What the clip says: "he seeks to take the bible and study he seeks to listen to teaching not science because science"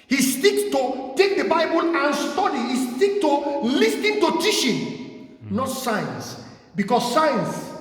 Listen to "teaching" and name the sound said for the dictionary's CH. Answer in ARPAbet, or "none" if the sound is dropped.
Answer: SH